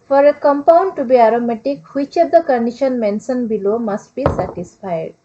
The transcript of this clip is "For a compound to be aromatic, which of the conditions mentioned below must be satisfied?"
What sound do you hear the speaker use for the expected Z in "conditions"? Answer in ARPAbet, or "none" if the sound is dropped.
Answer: none